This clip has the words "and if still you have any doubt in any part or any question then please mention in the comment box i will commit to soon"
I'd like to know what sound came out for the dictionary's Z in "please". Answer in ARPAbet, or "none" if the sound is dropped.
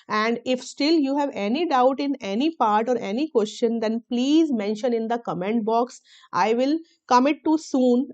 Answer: Z